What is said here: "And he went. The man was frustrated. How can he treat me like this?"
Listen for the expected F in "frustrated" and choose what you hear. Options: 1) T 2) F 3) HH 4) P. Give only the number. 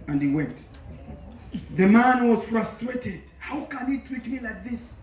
2